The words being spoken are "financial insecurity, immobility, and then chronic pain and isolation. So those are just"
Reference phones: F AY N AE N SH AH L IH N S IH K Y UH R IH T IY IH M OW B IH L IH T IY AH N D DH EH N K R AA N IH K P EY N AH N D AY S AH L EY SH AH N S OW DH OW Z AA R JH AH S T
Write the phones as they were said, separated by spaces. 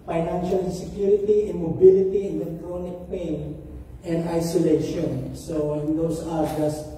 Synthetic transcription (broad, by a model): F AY N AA N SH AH L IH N S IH K Y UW R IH T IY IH M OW B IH L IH T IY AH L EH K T R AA N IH K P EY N AH N D AY S AH L EY SH AH N S OW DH OW S AA R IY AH S